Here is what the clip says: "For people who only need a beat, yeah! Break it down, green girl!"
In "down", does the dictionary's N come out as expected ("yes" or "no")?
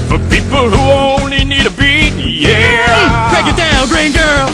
no